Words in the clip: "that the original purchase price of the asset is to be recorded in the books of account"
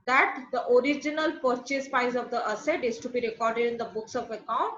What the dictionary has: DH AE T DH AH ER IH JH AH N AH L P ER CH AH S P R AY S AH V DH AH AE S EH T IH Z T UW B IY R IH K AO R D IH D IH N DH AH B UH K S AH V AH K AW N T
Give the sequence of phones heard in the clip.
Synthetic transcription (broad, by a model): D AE T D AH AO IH JH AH N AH L P ER CH AH S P AY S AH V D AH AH S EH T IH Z T UW B IY R IH K AO R D IH D IH N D AH B UH K S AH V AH K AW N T